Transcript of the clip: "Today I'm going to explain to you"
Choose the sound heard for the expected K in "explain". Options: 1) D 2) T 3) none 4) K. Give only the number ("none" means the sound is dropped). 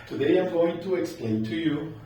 4